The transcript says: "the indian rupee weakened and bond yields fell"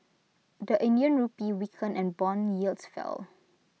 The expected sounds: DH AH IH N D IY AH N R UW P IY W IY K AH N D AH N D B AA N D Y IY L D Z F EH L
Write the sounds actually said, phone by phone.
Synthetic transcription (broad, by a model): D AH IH N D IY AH N R UW P IY W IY K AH N AH N B AA N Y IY L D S F EH L